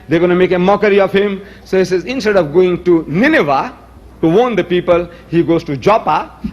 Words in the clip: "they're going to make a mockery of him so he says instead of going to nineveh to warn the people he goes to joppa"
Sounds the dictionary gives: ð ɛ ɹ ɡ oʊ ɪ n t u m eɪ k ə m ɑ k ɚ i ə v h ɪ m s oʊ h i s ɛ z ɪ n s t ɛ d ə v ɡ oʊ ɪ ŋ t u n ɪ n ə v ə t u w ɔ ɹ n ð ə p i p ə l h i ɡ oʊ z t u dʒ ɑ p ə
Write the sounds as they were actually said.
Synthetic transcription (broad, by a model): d ɛ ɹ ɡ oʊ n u m eɪ k ə m ɑ k ɚ i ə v h ɪ m s oʊ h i s ɛ z ɪ n s t ɛ d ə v ɡ oʊ ɪ ŋ t u n ɪ n ə v ə t u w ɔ n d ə p i p ə l h i ɡ oʊ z t u dʒ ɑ p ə